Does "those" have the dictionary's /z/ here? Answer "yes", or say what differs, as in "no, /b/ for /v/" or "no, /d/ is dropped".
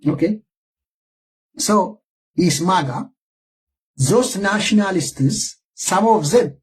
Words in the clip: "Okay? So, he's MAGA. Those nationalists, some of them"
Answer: no, /s/ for /z/